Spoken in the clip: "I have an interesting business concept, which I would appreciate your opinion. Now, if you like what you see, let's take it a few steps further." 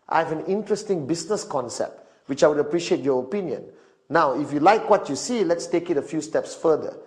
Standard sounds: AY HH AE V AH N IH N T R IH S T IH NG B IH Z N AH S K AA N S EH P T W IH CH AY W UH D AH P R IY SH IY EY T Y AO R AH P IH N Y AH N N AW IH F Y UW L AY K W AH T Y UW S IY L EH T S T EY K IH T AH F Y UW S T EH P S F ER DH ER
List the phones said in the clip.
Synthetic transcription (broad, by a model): AY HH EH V AH N IH N T R IH S T IH NG B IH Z N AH S K AA N S EH P T W IH CH AY W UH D AH P R IY SH IY EY T Y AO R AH P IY N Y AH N N AW IH F Y UW L AY K W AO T Y UW S IY L EH T S T EY K IH T AH F Y UW S T EH P S F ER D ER